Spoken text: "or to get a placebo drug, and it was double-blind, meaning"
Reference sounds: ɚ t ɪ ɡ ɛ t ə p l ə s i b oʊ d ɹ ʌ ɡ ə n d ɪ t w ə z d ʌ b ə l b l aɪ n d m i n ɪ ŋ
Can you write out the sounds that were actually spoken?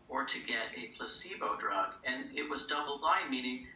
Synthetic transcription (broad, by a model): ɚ t ɪ ɡ ɛ t ə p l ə s i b oʊ d ɹ ʌ ɡ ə n ɪ t w ə z d ʌ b l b aɪ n m i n ɪ ŋ